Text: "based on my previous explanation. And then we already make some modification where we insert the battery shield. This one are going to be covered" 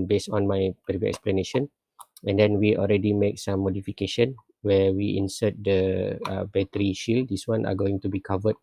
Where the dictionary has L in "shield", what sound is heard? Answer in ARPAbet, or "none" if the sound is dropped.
L